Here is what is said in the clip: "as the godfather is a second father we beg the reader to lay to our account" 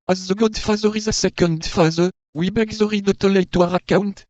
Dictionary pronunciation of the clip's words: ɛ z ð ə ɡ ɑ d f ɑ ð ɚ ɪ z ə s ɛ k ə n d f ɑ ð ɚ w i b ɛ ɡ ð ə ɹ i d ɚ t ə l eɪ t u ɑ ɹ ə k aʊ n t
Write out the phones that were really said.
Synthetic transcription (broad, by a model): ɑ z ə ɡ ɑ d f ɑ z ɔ ɪ z ə s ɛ k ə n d f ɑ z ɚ w i b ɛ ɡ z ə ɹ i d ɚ t ə l eɪ t u ɑ ɹ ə k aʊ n t